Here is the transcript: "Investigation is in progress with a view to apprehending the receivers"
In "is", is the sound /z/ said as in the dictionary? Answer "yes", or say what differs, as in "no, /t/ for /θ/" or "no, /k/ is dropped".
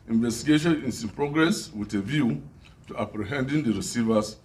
no, /s/ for /z/